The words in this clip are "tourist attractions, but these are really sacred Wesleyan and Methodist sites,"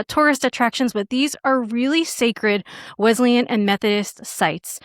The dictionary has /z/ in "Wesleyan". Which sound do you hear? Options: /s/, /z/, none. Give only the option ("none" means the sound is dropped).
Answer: /z/